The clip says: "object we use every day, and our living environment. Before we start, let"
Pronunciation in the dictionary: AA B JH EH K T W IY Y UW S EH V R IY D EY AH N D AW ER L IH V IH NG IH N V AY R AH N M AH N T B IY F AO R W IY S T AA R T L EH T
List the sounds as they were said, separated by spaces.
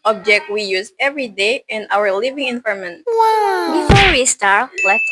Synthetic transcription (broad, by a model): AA B JH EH K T W IY Y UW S EH V R IY D EY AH N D AW ER L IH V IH NG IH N F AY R M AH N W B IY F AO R W IY S T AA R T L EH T